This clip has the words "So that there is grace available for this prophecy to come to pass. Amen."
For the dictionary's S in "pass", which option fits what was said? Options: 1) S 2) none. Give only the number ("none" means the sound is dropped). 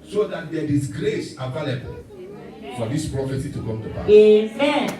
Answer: 2